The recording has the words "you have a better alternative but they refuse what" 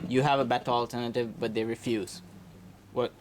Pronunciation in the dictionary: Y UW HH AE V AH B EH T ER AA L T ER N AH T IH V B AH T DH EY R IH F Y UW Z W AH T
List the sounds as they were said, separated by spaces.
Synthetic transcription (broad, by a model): Y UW HH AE V AH B EH T ER AA L T ER N AH T IH V B AH T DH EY R IH F Y UW Z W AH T